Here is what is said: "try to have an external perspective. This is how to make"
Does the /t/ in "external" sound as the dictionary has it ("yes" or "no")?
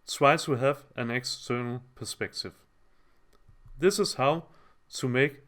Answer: yes